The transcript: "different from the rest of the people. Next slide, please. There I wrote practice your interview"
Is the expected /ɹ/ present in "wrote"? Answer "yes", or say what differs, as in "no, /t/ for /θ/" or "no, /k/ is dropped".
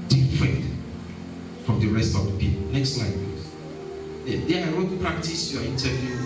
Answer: no, /w/ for /ɹ/